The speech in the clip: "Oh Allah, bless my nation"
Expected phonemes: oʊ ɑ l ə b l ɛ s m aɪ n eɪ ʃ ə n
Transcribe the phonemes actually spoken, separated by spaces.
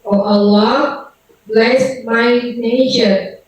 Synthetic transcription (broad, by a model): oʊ ɑ l ə b l ɛ s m aɪ n eɪ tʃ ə